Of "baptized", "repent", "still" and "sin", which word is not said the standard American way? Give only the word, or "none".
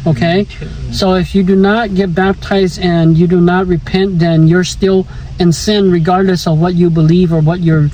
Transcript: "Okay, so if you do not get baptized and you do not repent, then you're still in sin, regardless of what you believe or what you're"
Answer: none